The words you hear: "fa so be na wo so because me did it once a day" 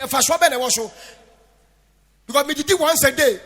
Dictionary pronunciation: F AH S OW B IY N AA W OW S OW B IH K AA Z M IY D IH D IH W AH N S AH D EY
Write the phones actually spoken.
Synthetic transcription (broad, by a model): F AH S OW B IY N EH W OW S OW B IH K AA M IY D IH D IH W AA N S AH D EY